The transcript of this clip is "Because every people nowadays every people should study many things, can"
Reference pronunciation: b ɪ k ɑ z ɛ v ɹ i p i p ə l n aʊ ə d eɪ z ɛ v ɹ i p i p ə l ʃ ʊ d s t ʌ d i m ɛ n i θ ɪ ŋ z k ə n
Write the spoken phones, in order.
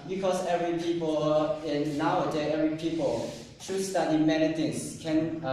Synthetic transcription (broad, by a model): b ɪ k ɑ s ɛ v ɹ i p i p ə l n aʊ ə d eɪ ɛ v ɹ i p i p ə l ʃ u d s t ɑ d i m ɛ n i t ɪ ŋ s k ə n